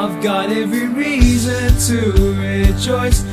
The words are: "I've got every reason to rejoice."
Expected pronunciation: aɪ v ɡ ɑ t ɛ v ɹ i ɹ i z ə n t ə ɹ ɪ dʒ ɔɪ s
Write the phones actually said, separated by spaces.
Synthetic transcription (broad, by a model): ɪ v ɡ ɑ t ɛ v ɹ i ɹ i z ə n t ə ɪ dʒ ɔɪ s